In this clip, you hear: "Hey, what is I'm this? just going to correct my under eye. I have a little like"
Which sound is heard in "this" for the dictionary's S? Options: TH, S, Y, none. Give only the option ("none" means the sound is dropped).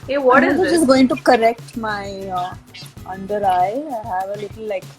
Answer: none